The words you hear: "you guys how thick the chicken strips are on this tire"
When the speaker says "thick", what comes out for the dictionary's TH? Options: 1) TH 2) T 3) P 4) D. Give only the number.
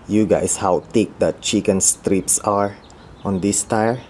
2